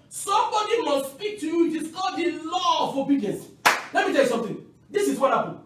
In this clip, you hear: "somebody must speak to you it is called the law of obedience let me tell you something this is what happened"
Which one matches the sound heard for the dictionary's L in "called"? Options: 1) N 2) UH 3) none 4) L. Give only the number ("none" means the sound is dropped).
3